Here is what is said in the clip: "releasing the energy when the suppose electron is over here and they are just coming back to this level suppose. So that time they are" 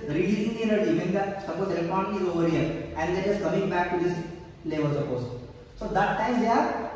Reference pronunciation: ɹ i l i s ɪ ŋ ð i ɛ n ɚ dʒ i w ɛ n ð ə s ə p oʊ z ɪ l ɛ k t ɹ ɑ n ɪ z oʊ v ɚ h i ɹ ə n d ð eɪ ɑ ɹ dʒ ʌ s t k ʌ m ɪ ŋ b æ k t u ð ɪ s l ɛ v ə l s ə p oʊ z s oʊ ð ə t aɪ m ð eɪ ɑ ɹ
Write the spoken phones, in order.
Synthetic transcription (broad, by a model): ɹ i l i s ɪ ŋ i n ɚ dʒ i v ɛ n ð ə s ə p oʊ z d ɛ t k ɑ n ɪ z oʊ v ɚ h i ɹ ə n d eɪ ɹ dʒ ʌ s k ʌ m ɪ ŋ b æ k t u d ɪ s l ɛ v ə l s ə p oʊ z s oʊ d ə t aɪ m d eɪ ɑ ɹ